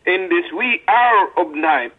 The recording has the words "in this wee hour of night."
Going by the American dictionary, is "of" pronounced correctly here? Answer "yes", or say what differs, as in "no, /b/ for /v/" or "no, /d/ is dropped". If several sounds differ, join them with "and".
no, /b/ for /v/